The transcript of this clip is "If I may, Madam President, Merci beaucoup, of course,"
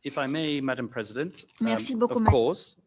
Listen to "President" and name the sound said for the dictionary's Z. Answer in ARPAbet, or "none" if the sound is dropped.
Z